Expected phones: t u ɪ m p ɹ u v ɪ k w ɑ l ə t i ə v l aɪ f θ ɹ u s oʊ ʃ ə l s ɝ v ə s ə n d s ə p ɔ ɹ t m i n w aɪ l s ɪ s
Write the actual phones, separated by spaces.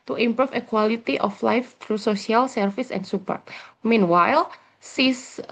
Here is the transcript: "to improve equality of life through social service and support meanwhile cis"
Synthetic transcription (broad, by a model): t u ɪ m p ɹ u f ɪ k w ɑ l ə t i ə f l aɪ f t ɹ u s oʊ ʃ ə l s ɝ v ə s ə n s ə p ɔ ɹ t m i n w aɪ l s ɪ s